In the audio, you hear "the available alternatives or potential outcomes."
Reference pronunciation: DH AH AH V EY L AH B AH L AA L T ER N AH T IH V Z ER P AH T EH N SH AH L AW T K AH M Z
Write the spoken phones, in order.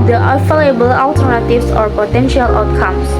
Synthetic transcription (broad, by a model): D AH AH F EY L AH B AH L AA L T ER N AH T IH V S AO P AH T EH N SH AH L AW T K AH M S